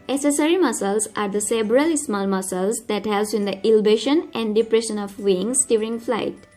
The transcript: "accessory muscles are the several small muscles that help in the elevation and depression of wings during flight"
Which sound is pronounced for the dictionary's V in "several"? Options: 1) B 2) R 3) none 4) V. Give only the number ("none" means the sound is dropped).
1